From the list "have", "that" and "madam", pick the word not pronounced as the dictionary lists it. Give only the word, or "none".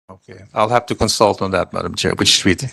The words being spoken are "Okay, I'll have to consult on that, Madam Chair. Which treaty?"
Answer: have